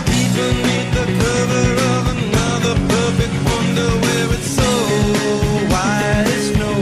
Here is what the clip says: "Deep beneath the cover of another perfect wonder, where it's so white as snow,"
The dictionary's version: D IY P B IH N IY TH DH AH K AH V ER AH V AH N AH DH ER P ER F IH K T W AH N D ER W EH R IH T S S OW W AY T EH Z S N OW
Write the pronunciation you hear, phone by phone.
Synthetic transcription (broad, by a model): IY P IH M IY T DH AH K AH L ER AH V AH N AH DH ER P ER F IH K T W AH N D ER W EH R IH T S S OW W AY IH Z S N OW